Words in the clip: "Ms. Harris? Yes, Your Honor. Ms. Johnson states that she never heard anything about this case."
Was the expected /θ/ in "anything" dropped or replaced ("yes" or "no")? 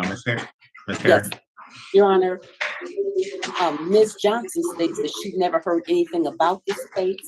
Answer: no